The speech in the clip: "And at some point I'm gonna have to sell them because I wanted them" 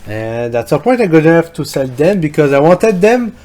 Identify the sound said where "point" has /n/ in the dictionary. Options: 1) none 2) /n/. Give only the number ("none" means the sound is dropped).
1